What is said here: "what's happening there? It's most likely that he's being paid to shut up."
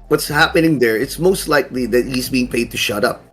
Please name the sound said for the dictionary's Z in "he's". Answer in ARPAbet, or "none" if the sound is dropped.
Z